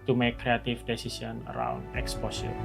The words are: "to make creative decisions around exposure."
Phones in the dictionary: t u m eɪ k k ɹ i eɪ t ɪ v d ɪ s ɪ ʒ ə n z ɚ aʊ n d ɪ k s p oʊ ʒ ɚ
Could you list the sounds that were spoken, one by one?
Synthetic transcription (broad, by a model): t u m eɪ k k ɹ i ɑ t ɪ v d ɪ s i s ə n ɚ aʊ n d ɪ k s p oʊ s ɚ